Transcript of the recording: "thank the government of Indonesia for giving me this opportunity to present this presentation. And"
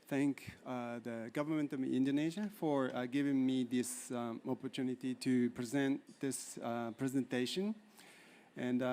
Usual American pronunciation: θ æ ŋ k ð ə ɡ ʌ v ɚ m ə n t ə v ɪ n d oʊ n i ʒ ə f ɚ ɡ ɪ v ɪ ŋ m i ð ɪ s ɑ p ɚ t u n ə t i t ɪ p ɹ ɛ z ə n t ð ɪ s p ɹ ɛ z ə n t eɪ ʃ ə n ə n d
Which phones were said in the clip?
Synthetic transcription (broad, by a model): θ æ ŋ k ð ə ɡ ʌ v ɚ m ə n t ə v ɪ n d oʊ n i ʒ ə f ɚ ɡ ɪ v ɪ ŋ m i ð ɪ s ɑ p ɚ t u n ə t i t ɪ p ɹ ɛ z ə n t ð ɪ s p ɹ ɛ z ə n t eɪ ʃ ə n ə n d